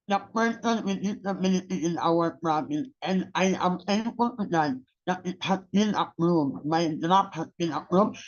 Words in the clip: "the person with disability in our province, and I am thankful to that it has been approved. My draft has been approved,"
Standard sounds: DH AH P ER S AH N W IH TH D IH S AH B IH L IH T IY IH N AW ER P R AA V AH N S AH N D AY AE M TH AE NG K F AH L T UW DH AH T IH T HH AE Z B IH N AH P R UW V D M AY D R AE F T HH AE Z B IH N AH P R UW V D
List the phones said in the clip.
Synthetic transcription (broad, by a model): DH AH P ER S AH N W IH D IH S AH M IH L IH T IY IH N AW ER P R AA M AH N AH N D AY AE M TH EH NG F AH L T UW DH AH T IH T HH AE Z B IH N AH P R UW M M AY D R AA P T HH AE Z B IH N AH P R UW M